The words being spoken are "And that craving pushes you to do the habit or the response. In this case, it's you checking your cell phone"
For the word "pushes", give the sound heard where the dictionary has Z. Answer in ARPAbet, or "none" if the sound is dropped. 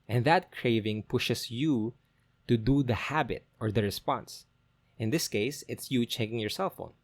S